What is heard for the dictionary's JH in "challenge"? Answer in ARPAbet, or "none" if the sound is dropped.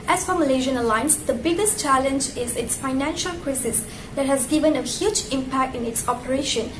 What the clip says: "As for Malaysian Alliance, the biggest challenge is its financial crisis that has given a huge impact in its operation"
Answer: JH